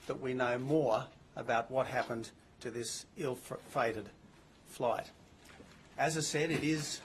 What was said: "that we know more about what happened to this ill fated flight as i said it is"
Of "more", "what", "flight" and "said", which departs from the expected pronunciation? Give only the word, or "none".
none